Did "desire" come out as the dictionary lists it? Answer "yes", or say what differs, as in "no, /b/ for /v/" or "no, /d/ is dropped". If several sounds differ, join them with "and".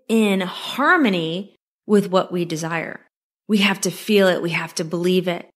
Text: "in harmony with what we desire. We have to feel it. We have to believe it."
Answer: yes